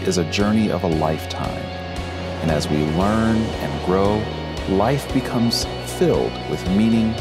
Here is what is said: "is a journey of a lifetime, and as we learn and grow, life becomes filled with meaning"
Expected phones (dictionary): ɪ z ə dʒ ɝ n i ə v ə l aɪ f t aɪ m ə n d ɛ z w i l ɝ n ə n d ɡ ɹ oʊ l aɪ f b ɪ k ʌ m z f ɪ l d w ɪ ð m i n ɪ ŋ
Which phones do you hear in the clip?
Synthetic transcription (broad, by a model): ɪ z ə dʒ ɝ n i ə v ə l aɪ f t aɪ m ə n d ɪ z w i l ɝ n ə n ɡ ɹ oʊ l aɪ f b ɪ k ʌ m z f ɪ l d w ɪ ð m i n ɪ ŋ